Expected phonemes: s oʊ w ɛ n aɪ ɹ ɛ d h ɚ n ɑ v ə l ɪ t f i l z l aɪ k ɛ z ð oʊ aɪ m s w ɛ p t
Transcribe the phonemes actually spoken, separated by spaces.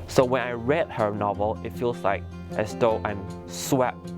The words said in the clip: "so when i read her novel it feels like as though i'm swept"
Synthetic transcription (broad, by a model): s oʊ w ɛ n aɪ ɹ ɛ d h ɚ n ɑ v ə l ɪ t f i l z l aɪ k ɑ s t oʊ aɪ m s w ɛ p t